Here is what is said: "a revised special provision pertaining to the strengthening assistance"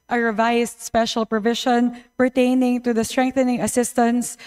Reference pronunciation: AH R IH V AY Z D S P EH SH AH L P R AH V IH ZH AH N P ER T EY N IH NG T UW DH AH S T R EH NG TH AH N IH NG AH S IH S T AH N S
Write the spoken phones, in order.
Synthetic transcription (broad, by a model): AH R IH V AY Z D S P EH SH AH L P R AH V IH SH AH N P ER T EY N IH NG T UW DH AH S T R EH NG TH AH N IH NG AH S IH S T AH N S